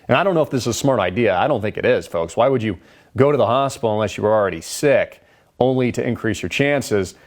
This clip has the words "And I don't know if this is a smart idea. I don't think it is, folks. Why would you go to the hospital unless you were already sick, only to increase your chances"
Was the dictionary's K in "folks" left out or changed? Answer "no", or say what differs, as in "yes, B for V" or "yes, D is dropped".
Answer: no